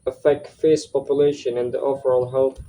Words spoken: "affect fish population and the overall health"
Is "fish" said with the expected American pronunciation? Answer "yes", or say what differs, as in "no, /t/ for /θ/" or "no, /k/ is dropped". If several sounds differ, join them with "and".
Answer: no, /s/ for /ʃ/